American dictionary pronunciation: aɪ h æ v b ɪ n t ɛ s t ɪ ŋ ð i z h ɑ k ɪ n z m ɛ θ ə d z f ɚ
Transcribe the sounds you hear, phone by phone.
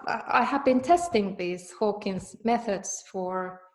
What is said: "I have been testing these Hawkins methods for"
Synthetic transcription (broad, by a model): aɪ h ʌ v b ɪ n t ɛ s t ɪ ŋ ð i z h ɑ k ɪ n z m ɛ θ ə d z f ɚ